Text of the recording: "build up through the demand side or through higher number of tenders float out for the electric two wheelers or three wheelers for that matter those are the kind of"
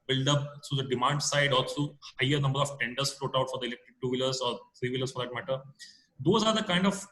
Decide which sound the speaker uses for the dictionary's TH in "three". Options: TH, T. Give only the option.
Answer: T